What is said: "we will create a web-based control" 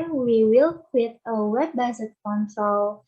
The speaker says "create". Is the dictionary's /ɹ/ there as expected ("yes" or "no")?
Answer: no